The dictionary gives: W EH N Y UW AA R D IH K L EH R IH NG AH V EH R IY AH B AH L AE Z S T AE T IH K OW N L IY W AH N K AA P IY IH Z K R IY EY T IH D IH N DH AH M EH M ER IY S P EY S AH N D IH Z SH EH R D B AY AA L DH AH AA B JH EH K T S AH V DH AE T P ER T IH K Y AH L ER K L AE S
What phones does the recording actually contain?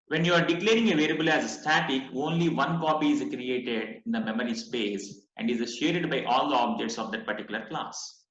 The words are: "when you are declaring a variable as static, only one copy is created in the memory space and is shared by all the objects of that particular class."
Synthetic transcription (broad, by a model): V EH N Y UW AA R D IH K L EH R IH NG AH V EH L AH B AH L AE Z S T AE T IH K OW N L IY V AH N K AA P IY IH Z K R IY EY T IH D IH N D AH M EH M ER IY S P EY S AH N D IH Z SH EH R D B AY AA L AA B JH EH T S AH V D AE T P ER T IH K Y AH L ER K L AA S